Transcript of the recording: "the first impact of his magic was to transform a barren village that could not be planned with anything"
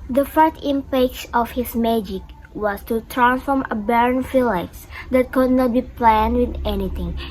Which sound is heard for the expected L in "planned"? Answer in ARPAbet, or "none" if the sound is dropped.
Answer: L